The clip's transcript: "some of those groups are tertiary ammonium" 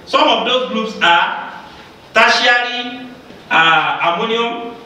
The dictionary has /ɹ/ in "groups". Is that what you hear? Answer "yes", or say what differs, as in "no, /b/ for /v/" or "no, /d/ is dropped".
no, /l/ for /ɹ/